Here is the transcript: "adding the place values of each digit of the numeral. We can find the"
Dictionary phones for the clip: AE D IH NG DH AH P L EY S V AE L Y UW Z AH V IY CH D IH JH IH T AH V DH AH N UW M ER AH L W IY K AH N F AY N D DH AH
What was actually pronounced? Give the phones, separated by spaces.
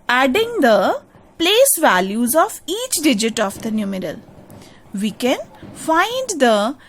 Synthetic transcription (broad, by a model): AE D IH NG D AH P L EY S V AE L Y UW Z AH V IY CH D IH JH IH T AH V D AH N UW M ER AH L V IY K AH N F AY N D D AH